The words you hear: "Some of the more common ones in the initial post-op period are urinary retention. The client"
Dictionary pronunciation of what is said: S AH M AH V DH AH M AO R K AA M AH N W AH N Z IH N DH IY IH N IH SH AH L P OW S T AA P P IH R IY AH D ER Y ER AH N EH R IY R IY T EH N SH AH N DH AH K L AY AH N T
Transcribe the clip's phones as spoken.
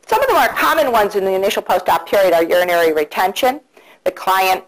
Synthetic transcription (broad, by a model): S AH M AH V DH AH M AO R K AA M AH N W AH N Z IH N DH IY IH N IH SH L P OW S T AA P P IH R IY AH D ER Y ER AH N EH R IY R IY T EH N SH AH N DH AH K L AY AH N T